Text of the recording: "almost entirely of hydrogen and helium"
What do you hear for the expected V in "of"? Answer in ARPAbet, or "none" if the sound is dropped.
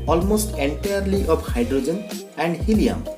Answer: P